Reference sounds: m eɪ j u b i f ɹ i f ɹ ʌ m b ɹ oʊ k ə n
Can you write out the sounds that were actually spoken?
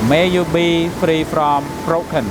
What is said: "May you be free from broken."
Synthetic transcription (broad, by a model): m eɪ j u b i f ɹ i p ɹ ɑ m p ɹ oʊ k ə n